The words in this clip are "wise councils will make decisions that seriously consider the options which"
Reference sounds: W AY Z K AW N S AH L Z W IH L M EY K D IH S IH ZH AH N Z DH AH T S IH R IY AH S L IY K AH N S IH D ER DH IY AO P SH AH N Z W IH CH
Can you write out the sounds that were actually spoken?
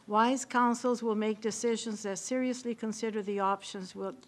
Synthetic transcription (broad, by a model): W AY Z K AW N S L Z W IH L M EY K D IH S IH ZH AH N Z DH AH T S IH R IY AH S L IY K AH N S IH D ER DH IY AO P SH AH N Z W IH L